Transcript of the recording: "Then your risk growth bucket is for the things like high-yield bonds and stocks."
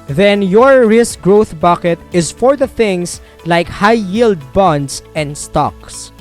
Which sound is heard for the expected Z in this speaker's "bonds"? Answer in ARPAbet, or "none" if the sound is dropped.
S